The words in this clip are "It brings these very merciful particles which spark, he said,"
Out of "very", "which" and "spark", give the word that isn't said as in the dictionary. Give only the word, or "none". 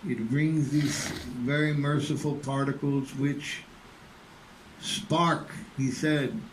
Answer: none